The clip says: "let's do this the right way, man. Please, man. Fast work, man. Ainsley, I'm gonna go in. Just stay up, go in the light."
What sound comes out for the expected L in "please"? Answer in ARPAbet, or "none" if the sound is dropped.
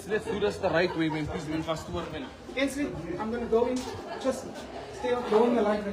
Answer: none